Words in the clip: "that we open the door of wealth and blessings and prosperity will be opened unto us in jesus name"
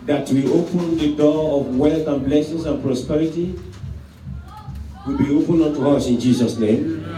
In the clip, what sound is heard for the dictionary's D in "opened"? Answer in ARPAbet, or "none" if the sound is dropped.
none